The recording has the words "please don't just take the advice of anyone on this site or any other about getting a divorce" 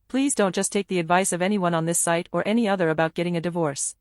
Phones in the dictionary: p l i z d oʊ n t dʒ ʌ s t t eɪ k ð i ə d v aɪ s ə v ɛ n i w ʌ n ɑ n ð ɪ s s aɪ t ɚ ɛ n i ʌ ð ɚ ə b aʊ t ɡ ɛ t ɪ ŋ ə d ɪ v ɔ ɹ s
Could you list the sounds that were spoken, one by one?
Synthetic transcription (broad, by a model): p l i z d oʊ n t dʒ ʌ s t t eɪ k ð i ə d v aɪ s ə v ɛ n i w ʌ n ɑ n ð ɪ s s aɪ t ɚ ɛ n i ʌ ð ɚ ə b aʊ t ɡ ɛ t ɪ ŋ ə d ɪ v ɔ ɹ s